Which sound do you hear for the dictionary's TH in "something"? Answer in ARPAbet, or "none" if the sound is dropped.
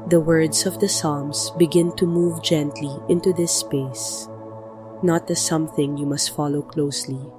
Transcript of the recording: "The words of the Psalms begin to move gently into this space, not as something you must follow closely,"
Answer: TH